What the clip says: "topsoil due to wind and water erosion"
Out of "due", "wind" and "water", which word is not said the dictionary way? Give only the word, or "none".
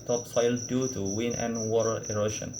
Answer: wind